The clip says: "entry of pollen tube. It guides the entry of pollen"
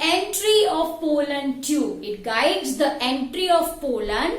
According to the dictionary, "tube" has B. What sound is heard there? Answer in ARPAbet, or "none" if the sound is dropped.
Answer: none